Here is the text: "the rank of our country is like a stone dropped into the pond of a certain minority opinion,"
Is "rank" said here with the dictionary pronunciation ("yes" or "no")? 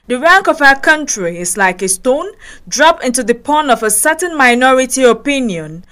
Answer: yes